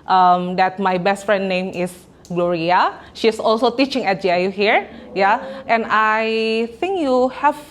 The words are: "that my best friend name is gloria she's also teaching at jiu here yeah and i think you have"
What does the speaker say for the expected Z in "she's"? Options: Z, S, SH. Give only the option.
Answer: S